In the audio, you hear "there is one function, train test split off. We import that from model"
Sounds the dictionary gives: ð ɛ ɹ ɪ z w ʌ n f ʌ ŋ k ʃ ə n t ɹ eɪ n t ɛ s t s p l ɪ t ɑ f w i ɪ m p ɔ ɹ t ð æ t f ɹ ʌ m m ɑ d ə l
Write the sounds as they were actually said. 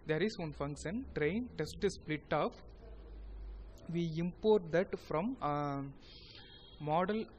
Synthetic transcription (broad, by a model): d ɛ ɹ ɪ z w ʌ n f ʌ ŋ k ʃ ə n t ɹ eɪ n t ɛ s t s p l ɪ t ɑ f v i ɪ m p ɔ ɹ t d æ t f ɹ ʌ m m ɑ d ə l